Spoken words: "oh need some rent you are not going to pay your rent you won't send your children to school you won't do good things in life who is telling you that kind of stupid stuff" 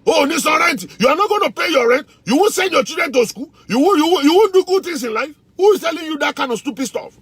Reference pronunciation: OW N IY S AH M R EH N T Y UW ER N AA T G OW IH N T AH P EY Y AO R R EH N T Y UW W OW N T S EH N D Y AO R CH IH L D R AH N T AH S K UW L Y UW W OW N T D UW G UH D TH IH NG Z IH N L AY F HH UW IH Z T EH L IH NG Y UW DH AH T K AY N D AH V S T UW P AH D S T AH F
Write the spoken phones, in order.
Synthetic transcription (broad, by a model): OW N IY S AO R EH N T Y UW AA N AA T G OW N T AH P EY Y AO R R EH N T Y UW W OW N S EH N D Y AO CH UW D R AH N T AH S K UW L Y UW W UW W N D UW G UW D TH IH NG S IH N L AY F HH UW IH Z T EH L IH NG Y UW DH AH T K AY N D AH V S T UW P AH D S T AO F